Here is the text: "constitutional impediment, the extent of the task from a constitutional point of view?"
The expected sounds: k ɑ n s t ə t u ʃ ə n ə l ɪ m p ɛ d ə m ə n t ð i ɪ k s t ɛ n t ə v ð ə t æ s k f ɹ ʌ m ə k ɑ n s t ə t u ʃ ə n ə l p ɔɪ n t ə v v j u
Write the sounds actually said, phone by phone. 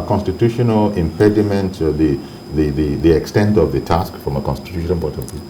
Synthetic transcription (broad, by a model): k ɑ n s t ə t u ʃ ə n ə l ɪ m p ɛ d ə m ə n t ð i ɪ k s t ɛ n t ə v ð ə t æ s k f ɹ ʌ m ə k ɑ n s t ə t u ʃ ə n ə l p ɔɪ t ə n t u